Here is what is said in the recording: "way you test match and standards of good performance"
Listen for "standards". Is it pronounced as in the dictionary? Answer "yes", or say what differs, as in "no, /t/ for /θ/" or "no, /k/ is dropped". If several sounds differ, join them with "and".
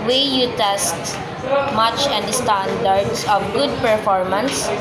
no, /s/ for /z/